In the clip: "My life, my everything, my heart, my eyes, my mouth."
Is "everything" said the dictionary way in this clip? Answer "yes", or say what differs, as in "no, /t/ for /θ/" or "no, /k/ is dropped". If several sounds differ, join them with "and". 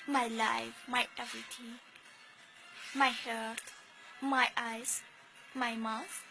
no, /t/ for /θ/